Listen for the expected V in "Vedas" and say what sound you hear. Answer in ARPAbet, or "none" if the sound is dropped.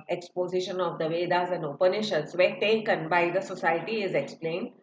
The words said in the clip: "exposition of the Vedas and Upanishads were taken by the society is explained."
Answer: V